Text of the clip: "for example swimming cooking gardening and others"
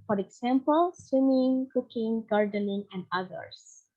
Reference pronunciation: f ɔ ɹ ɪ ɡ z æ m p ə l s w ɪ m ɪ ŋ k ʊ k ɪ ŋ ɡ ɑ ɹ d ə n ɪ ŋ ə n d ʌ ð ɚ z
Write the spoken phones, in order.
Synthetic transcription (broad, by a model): f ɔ ɹ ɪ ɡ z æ m p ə l s w ɪ m ɪ ŋ k ʊ k ɪ ŋ ɡ ɑ ɹ d ə n ɪ ŋ ə n d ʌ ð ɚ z